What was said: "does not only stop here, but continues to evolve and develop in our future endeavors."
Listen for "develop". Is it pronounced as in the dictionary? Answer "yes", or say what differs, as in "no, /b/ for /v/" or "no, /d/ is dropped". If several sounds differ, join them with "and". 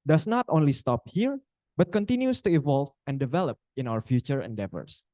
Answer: yes